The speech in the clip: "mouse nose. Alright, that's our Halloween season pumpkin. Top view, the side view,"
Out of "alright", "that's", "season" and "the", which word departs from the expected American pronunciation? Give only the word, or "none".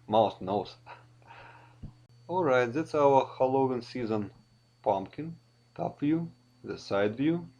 none